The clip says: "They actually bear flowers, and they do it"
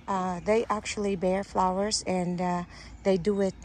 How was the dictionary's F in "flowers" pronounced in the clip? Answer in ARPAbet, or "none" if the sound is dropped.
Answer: F